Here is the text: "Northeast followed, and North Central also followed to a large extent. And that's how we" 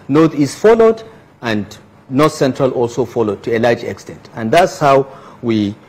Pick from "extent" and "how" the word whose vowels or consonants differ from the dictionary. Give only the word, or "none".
none